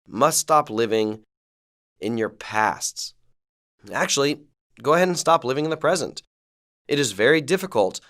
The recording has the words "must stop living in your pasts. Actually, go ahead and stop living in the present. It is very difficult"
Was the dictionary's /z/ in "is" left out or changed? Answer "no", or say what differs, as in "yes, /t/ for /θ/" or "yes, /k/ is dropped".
no